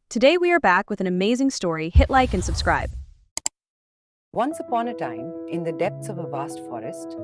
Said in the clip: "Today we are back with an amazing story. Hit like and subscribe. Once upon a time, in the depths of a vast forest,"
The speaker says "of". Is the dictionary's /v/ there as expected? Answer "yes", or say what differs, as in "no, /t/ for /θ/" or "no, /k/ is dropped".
yes